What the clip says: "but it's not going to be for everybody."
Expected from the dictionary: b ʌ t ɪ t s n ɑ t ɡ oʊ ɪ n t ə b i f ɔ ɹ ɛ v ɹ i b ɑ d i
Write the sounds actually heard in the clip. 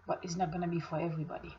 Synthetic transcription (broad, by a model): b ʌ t ɪ t s n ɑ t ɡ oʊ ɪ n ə b i f ɔ ɹ ɛ v ɹ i b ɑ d i